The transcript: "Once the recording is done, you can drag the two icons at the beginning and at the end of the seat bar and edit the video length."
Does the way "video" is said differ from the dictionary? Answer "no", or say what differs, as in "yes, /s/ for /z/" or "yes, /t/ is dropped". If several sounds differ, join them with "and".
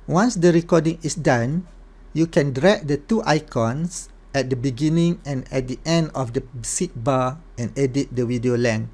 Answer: yes, /w/ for /v/